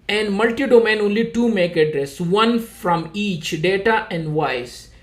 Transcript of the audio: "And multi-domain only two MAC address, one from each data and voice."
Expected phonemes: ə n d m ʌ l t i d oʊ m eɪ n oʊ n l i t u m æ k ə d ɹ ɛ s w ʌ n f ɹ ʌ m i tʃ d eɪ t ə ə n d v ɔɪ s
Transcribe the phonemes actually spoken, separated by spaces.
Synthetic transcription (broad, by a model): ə n d m ʌ l t i d oʊ m eɪ n oʊ n l i t u m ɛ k ə d ɹ ɛ s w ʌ n f ɹ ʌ m i tʃ d eɪ t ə ə n d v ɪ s